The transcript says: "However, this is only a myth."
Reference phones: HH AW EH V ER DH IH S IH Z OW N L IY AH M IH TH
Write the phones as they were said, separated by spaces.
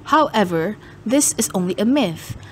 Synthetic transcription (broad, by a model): HH AW EH V ER DH IH S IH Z OW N L IY AH M IH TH